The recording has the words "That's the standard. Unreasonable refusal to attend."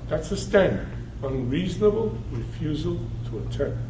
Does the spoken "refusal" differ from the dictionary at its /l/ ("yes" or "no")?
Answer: no